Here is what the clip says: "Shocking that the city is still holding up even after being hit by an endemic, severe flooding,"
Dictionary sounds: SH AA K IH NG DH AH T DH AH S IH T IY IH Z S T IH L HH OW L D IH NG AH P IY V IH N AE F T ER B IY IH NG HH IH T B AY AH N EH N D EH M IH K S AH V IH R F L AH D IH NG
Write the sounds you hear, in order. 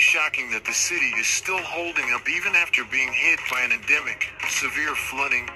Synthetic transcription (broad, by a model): SH AA K IH NG DH AH T DH AH S IH T IY IH Z S T IH L HH OW L D IH NG AH P IY V IH N AE F T ER B IY IH NG HH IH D B AY AH N EH N D EH M IH K S AH V IH R F L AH D IH NG